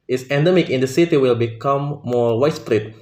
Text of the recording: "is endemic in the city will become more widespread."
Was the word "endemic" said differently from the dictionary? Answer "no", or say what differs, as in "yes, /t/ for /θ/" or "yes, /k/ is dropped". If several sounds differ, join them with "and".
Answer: no